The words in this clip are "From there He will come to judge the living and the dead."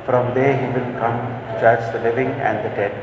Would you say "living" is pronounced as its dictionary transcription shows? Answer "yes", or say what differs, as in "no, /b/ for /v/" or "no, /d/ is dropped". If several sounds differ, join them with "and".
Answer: yes